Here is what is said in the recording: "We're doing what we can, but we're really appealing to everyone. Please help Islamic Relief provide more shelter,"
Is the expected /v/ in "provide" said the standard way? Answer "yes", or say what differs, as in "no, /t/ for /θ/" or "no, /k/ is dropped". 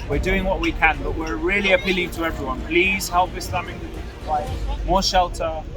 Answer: no, /v/ is dropped